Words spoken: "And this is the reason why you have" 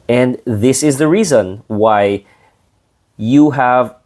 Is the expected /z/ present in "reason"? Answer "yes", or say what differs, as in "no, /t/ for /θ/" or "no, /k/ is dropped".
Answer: yes